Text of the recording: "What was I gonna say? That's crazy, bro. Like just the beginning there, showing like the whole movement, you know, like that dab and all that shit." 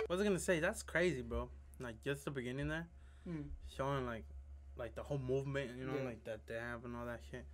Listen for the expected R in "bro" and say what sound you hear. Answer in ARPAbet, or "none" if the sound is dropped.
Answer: none